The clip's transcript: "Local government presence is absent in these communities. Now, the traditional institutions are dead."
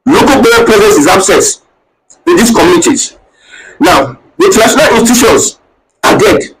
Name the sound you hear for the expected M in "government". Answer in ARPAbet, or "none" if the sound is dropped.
none